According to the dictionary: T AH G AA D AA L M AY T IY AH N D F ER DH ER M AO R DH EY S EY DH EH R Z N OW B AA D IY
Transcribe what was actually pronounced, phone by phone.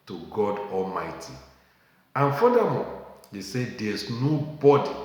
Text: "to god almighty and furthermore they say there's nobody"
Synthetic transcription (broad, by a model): T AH G AA D AA L M AY T IY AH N F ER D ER M AO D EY S EY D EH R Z N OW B AA D IY